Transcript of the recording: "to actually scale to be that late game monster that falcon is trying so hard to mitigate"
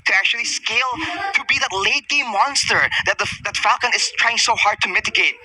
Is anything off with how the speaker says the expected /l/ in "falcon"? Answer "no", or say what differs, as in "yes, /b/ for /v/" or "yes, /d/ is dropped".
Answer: no